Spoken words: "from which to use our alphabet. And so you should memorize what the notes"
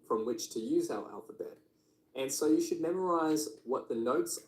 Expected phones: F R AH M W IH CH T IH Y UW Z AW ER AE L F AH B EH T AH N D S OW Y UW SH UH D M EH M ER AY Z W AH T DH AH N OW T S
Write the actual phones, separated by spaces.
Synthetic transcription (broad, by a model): F R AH M W IH CH T IH Y UW Z AW ER AE L F AH B EH T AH N S OW Y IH SH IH D M EH M ER AY Z W AH T DH AH N OW T S